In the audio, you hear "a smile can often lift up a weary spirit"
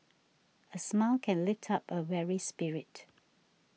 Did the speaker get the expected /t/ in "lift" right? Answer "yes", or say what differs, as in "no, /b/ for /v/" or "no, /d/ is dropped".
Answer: yes